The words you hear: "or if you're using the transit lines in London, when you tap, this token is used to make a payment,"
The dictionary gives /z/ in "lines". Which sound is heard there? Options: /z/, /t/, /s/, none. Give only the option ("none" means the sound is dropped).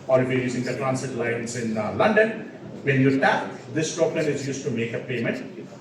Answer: /s/